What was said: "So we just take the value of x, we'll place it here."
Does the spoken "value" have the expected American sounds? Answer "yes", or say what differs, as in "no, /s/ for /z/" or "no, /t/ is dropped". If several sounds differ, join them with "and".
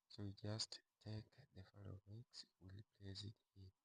no, /f/ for /v/